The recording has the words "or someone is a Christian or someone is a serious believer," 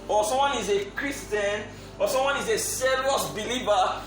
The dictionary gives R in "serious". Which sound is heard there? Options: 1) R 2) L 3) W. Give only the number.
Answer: 2